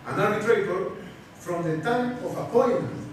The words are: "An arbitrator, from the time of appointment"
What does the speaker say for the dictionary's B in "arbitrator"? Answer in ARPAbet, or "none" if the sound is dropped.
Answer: none